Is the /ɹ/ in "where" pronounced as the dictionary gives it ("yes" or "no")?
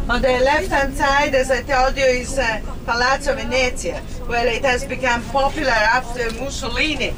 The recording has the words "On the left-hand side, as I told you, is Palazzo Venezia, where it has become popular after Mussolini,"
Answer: no